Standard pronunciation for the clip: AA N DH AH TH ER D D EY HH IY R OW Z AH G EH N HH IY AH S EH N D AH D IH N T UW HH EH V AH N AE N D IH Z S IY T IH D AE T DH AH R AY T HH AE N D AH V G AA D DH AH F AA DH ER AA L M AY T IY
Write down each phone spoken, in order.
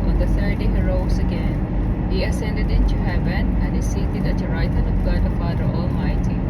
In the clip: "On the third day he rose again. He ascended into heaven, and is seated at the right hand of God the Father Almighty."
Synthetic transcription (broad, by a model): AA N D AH S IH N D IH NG R OW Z AH G EH N HH IY AH S EH N D AH D IH N T UW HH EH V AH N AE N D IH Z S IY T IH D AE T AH R AY T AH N AH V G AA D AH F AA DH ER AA L M AY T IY